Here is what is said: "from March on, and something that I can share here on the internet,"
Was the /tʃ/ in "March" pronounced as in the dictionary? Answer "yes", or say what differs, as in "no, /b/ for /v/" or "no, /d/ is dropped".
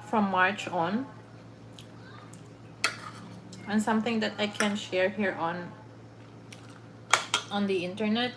yes